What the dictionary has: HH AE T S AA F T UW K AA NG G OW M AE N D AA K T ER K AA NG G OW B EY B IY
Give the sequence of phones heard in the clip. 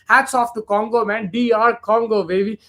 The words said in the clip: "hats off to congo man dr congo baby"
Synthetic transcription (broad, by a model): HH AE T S AA F T UW K AA NG G OW M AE N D AA T K AA NG G OW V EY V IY